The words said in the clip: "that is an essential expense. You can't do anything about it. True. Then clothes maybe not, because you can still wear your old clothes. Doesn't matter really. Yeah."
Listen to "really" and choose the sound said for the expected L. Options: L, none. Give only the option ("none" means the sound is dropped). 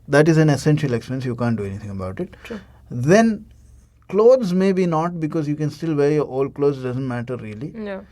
none